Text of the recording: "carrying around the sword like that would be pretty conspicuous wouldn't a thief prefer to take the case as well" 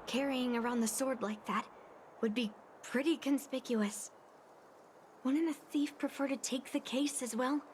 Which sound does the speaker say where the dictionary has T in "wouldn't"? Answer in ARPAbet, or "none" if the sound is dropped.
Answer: none